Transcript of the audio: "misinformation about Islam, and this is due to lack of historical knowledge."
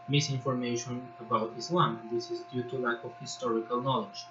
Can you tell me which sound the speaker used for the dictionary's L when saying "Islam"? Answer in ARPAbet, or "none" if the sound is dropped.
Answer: L